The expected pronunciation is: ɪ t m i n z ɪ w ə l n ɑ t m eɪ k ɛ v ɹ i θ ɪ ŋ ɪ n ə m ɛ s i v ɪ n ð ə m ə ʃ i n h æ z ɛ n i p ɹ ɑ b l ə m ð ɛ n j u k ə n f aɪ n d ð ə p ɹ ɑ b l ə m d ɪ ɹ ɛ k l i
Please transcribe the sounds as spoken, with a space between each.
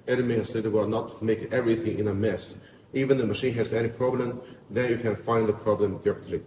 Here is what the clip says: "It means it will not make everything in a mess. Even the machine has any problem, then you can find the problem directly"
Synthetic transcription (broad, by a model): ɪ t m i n s ɪ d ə w n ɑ t m eɪ k ɛ v ɹ i θ ɪ ŋ ɪ n ə m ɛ s i v ɪ n ð ə m ə ʃ i n h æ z ɛ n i p ɹ ɑ b l ə m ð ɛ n j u k ə n f aɪ n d ð ə p ɹ ɑ b l ə m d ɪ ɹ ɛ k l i